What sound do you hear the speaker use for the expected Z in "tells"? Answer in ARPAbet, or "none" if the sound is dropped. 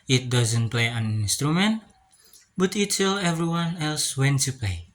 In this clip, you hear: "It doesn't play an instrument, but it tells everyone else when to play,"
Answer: none